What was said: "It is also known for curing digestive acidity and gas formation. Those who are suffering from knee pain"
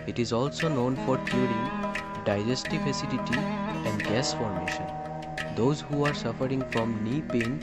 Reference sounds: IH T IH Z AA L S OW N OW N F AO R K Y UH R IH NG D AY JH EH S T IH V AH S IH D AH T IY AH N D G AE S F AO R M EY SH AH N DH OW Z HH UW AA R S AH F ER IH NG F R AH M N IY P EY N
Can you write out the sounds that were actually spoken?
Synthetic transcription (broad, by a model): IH T IH Z AA L S OW N OW N F AO R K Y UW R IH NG D AY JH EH S T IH F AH S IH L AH T IY AH N D G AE S F AO R M EY SH AH N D OW Z HH UW AA R S AH F ER IH NG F R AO M N IY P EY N